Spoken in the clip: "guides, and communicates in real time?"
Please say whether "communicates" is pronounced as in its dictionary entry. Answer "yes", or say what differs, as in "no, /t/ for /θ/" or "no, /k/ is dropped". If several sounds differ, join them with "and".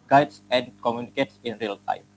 yes